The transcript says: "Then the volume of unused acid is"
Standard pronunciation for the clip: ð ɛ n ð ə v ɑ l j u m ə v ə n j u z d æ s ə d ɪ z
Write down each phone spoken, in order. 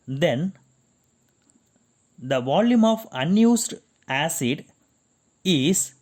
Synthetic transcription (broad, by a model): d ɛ n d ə v ɑ l j u m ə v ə n j u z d æ s ə d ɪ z